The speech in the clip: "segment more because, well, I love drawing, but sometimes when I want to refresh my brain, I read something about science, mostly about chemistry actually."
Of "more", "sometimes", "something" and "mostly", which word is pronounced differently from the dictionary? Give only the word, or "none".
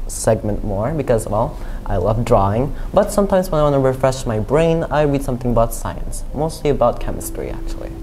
none